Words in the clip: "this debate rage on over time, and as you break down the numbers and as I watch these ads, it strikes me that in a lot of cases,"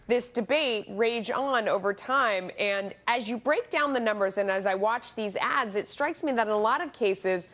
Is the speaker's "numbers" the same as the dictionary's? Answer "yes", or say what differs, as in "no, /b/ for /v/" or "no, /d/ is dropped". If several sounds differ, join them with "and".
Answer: yes